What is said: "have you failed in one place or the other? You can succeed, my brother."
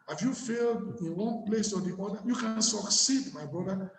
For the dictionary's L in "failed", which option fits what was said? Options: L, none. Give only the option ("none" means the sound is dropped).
L